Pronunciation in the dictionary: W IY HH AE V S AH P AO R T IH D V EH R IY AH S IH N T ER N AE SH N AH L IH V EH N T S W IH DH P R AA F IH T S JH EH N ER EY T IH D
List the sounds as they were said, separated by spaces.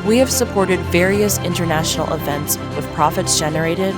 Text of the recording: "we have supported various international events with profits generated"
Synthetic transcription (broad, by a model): W IY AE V S AH P AO R T IH D V EH R IY AH S IH N T ER N AE SH N L IH V EH N T S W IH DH P R AA F IH T S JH EH N ER EY T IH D